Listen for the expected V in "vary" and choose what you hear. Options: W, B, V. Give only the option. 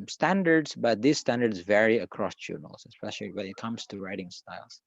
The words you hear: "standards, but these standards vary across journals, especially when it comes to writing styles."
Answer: V